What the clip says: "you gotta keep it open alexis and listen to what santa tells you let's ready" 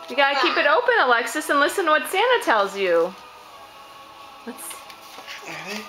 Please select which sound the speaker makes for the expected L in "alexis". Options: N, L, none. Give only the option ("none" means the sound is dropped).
L